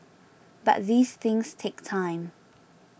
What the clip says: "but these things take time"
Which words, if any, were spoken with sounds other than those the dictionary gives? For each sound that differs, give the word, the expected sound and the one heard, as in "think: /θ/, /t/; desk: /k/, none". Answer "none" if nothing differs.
none